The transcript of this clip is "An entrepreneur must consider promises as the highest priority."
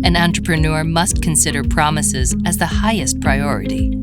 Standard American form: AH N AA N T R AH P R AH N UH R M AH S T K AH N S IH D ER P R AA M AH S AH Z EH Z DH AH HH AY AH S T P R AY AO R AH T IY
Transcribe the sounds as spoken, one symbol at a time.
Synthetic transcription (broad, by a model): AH N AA N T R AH P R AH N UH R M AH S T K AH N S IH D ER P R AA M AH S AH Z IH Z DH AH HH AY AH S T P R AY AO R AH T IY